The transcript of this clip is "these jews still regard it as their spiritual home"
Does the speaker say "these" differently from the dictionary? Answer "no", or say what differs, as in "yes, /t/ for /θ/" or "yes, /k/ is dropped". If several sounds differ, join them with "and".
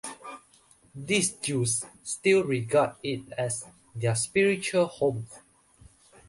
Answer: yes, /s/ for /z/